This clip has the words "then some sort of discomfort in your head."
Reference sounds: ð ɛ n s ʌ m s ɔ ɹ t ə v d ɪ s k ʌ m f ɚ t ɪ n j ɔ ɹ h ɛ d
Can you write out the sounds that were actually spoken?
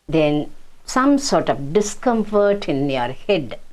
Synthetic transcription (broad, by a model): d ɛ n s ʌ m s ɔ ɹ t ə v d ɪ s k ʌ m f ɚ t ɪ n j ɔ ɹ h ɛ d